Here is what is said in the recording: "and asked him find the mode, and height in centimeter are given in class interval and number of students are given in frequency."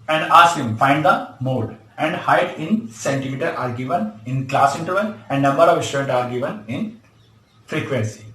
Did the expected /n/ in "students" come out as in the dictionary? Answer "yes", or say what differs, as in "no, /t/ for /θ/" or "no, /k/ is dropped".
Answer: no, /l/ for /n/